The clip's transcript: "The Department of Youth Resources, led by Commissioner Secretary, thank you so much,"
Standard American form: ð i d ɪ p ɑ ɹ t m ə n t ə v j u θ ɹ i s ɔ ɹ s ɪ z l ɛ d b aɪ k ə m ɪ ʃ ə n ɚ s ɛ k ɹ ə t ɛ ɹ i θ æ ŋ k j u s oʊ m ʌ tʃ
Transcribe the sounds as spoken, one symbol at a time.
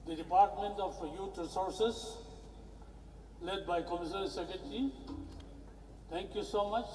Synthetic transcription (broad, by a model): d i d ɪ p ɑ ɹ t m ə n t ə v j u t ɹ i s ɔ ɹ s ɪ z l ɛ d b aɪ k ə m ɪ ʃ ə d s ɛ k ə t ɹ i t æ ŋ k j u s oʊ m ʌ tʃ